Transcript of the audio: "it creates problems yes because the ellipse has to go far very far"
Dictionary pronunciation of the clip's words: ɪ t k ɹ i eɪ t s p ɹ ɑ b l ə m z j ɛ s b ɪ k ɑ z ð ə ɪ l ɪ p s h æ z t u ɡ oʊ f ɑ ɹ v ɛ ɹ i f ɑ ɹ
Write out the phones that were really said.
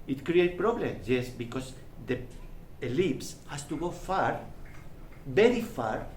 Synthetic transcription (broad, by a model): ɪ t k ɹ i eɪ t p ɹ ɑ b l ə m s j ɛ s b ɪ k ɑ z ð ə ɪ l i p s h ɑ s t u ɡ oʊ f ɑ ɹ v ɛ ɹ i f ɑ ɹ